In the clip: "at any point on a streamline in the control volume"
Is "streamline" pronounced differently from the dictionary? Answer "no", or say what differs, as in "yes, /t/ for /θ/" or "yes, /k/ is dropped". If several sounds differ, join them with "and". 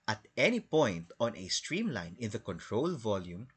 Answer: no